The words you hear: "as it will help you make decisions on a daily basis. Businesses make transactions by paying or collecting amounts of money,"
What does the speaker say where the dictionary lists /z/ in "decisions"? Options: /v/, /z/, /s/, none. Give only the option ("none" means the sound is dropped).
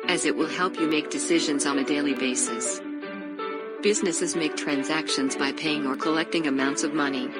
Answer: /z/